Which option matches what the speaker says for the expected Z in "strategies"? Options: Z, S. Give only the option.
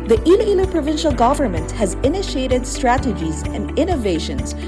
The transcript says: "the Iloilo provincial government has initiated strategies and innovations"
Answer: Z